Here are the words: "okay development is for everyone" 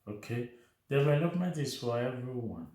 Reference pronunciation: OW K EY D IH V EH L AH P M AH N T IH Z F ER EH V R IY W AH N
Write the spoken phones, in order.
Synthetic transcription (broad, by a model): OW K EY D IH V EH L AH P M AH T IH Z F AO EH V R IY W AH N